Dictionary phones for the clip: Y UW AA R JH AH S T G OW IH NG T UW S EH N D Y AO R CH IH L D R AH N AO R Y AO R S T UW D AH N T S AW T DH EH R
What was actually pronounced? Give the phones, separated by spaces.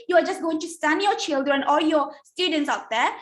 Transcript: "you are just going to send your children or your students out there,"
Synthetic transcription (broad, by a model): Y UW AA R JH AH S T G OW IH NG T UW S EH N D Y AO R CH IH L D R AH N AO L Y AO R S T UW D AH N T S AW T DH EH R